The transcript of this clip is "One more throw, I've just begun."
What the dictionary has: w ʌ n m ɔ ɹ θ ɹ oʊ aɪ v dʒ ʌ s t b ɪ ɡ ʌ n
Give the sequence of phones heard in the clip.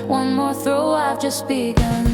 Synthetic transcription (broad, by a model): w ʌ n m ɔ ɹ θ ɹ oʊ aɪ v dʒ ʌ s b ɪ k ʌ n